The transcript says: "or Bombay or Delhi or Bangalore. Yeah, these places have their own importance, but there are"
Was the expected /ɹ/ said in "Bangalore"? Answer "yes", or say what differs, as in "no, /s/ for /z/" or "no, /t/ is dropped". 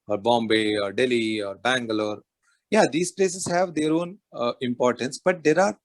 yes